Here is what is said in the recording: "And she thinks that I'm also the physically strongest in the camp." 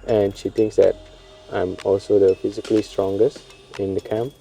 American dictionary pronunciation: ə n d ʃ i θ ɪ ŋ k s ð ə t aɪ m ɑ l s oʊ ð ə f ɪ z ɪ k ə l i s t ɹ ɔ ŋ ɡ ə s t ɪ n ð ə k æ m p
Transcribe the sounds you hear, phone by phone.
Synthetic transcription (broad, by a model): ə n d ʃ i t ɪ ŋ k s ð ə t aɪ m ɑ l s oʊ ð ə f ɪ z ɪ k ə l i s t ɹ ɔ ŋ ɡ ə s t ɪ n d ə k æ m p